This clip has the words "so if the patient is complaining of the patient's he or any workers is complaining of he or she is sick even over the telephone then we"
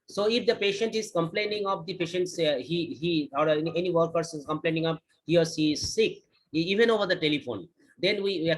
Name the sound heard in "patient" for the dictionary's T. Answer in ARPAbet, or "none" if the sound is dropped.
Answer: T